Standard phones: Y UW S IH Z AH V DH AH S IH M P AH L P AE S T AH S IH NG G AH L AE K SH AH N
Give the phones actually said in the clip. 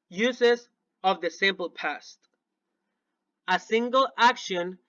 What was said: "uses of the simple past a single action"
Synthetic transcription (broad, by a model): Y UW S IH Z AH V DH AH S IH M P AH L P AE S T AH S IH NG G AH L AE K SH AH N